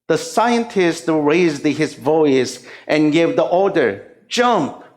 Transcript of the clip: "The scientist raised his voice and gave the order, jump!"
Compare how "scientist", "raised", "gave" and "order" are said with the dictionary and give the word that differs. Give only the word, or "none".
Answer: none